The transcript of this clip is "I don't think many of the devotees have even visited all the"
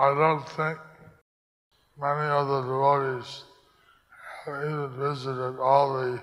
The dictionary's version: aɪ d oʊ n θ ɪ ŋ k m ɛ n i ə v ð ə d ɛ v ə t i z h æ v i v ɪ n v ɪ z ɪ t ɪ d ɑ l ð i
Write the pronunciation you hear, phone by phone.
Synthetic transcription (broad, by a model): aɪ d oʊ n θ ɪ ŋ k m ɛ n i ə ð ə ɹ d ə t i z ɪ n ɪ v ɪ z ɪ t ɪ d ɑ l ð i